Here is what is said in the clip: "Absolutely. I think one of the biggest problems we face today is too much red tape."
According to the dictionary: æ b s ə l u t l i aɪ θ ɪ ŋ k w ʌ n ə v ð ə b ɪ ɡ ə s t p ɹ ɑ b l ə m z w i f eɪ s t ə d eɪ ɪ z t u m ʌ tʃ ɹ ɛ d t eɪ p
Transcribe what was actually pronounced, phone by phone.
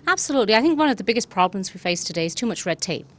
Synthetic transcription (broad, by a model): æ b s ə l u t l i aɪ θ ɪ ŋ k w ʌ n ə v ð ə b ɪ ɡ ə s p ɹ ɑ b l ə m z w i f eɪ s t ə d eɪ ɪ z t u m ʌ tʃ ɹ ɛ d t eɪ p